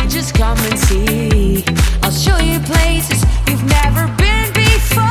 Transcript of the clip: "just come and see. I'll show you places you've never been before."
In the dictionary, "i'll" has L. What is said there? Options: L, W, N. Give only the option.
L